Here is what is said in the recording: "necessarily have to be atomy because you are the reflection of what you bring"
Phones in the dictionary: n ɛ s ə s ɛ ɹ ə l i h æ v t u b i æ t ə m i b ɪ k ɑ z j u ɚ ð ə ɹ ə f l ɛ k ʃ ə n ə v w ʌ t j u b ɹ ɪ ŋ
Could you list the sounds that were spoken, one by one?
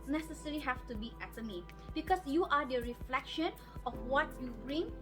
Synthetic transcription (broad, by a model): n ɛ s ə s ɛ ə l i h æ f t u b i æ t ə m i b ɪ k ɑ s j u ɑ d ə ɹ ə f l ɛ k ʃ ə n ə f w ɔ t j u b ɹ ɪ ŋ